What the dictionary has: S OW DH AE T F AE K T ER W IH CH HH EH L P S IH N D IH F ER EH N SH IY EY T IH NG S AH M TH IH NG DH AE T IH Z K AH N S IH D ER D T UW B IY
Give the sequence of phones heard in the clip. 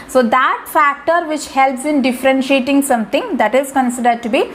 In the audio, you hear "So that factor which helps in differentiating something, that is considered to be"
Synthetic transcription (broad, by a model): S OW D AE T F AE K T ER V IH CH HH EH L P S IH N D IH F ER EH N SH IY EY T IH NG S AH M T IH NG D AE T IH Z K AH N S IH D ER D T UW B IY